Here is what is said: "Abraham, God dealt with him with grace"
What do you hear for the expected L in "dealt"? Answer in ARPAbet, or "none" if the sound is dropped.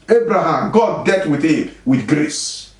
none